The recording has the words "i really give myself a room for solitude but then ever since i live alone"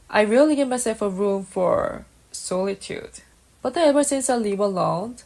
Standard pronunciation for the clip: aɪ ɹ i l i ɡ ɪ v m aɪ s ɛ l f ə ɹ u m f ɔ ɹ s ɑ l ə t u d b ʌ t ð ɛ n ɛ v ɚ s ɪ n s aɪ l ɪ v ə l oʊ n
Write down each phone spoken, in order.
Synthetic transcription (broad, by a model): aɪ ɹ i l i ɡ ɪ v m aɪ s ɛ l f ə ɹ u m f ɔ ɹ s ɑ l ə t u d b ʌ t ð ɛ ɛ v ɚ s ɪ n s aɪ l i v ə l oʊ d